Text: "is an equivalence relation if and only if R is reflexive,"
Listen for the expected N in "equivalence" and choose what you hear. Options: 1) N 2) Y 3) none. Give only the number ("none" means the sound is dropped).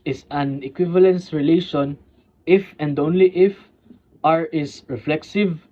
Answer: 1